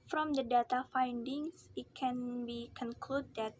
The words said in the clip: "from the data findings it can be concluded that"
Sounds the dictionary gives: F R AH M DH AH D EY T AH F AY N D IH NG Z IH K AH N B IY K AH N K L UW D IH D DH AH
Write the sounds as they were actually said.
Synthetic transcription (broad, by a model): F R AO M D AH D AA T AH F AY N D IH NG S IH K AH N B IY K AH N K L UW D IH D